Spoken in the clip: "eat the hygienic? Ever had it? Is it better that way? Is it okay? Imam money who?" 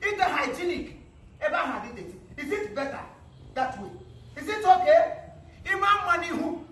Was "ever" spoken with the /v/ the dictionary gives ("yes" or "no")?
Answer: no